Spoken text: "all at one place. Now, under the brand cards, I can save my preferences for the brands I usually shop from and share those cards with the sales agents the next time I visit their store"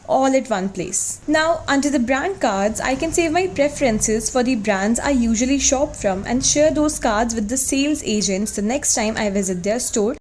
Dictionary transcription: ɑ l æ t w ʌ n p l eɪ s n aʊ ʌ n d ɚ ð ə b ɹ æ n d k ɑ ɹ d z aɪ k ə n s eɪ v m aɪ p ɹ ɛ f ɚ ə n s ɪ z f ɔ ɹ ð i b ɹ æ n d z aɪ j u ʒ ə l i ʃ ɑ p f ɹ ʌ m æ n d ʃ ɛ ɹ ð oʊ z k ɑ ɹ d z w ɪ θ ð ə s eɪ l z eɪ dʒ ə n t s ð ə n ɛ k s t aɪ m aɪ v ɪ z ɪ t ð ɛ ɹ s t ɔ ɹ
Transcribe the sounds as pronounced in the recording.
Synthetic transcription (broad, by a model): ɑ l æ t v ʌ n p l eɪ s n aʊ ʌ n d ɚ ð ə b ɹ æ n d k ɑ ɹ d z aɪ k ə n s eɪ v m aɪ p ɹ ɛ f ɚ ə n s ɪ z f ɔ ɹ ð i b ɹ æ n d z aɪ j u ʒ ə l i ʃ ɑ p f ɹ ʌ m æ n d ʃ ɛ ɹ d oʊ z k ɑ ɹ d z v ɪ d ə s eɪ l z eɪ dʒ ə n t s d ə n ɛ k s t aɪ m aɪ v ɪ z ɪ t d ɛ ɹ s t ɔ ɹ